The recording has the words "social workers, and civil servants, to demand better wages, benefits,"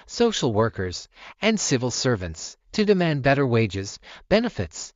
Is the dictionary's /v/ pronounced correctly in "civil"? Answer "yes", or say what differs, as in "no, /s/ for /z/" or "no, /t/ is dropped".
yes